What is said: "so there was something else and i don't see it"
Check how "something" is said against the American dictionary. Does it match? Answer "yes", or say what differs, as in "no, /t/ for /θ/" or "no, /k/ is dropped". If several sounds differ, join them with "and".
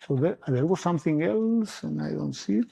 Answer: yes